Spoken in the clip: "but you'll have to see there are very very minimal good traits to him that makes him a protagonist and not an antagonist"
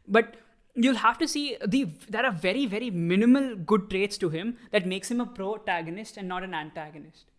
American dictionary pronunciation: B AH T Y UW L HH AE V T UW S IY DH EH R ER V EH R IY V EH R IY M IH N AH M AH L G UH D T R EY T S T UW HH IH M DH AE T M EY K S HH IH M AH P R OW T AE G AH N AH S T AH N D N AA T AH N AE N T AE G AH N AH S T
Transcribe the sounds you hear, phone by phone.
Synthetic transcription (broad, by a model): B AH T Y UW L HH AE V T UW S IY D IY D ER V EH R IY V EH R IY M IH N AH M AH L G UH D T R EY T S T UW HH IH M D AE T M EY K S HH IH M AH P R OW T AE G AH N AH S T AH N D N AA T AH N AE N T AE G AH N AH S T